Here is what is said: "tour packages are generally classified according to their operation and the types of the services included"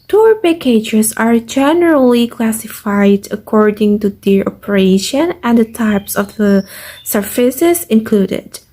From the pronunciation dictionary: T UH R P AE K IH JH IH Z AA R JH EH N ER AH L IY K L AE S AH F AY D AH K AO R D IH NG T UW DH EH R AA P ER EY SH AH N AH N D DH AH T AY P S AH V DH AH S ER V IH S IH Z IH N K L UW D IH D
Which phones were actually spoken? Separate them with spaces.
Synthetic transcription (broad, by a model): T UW R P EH K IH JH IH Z AA R JH EH N ER AH L IY K L AE S AH F AY D AH K AO R D IH NG T UW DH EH AA P ER EY SH AH N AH N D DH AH T AY P S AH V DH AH S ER F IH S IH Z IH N K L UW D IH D